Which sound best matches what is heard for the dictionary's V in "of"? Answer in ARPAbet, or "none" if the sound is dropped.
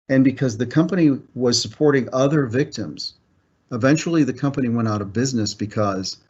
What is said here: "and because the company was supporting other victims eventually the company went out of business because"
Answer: V